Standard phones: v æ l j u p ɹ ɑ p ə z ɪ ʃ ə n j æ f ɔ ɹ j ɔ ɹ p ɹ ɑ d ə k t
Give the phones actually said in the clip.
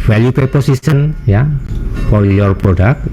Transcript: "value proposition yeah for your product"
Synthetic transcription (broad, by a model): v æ l j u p ɑ p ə s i s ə n j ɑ f ɔ ɹ j ɔ ɹ p ɹ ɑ d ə k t